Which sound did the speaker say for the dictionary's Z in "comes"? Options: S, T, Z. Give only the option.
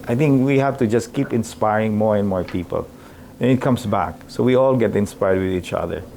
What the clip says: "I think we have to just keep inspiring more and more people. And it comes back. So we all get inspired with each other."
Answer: S